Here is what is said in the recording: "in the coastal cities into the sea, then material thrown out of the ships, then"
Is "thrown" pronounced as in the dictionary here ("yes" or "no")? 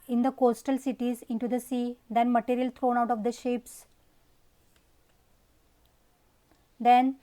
no